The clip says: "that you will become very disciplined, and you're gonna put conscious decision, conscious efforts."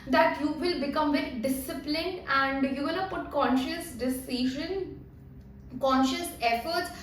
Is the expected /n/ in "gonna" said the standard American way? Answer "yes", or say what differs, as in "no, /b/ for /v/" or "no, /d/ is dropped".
no, /l/ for /n/